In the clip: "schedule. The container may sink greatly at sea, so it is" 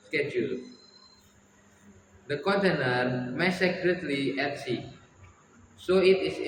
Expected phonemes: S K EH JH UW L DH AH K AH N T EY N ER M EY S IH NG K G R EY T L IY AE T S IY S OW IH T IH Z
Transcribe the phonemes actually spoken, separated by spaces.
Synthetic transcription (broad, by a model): S K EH JH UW L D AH K AH N T EY N ER M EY S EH K R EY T L IY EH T S IY S OW IH T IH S